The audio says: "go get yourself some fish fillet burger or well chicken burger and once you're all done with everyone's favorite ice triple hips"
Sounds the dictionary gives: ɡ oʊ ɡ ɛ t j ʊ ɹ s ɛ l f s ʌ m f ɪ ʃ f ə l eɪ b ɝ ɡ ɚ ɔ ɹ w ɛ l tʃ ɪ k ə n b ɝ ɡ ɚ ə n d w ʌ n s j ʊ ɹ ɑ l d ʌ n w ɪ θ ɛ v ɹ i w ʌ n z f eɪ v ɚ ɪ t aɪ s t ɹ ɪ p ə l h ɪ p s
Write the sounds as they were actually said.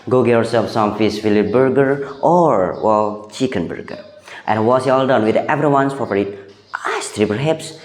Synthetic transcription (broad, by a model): ɡ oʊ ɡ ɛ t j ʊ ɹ s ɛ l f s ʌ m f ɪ s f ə l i b ɝ ɡ ɚ ɔ ɹ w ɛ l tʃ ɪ k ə n b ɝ ɡ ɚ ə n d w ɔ s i ɑ l d ʌ n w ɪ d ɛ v ɹ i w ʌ n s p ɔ p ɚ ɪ t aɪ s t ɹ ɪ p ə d h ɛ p s